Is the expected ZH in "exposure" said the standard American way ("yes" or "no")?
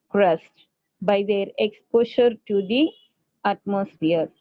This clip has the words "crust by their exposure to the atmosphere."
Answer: no